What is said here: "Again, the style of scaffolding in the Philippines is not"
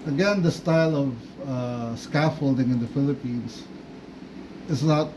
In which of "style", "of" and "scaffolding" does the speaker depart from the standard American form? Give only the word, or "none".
none